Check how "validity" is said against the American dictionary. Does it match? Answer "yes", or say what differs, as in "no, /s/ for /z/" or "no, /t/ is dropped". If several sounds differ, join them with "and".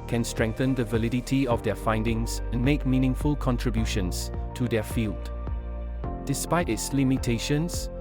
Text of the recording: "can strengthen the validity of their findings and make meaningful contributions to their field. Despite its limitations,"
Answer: yes